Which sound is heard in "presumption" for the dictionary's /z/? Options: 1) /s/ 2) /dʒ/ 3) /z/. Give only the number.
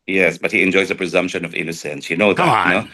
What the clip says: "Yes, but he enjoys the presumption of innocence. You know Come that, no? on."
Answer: 3